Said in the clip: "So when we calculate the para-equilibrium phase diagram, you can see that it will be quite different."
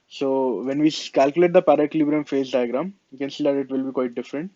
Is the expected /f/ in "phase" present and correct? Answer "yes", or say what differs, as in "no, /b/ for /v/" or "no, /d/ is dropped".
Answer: yes